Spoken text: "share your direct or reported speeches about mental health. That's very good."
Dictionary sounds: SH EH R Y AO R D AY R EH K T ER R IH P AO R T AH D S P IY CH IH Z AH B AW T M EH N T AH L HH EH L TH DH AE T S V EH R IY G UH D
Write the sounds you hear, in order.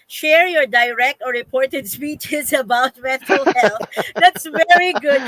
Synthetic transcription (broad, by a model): SH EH R Y AO R D AY R EH K T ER R IH P AO R T AH D S P IY CH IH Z AH B AW T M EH T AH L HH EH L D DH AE T S V EH R IY G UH D